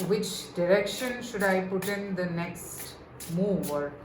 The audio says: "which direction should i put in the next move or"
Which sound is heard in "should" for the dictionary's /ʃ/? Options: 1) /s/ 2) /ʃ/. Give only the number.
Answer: 2